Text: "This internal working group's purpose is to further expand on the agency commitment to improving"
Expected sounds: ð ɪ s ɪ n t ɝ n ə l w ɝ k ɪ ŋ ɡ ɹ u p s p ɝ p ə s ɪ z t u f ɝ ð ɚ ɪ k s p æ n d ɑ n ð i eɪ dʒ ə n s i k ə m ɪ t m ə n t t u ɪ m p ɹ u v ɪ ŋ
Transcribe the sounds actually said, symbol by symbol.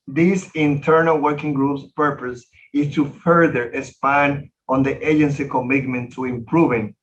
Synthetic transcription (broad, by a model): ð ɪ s ɪ n t ɝ n ə l w ɝ k ɪ ŋ ɡ ɹ u p s p ɝ p ə s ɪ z t u f ɝ ð ɚ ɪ s p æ n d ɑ n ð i eɪ dʒ ə n s i k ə m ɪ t m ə n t t u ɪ m p ɹ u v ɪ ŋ